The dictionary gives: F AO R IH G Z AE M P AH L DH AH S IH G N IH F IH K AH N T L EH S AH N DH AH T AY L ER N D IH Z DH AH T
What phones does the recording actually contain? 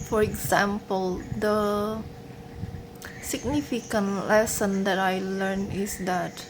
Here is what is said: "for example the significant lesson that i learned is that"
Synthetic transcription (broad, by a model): F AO R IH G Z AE M P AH L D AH S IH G N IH F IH K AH N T L EH S AH N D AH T AY L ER N IH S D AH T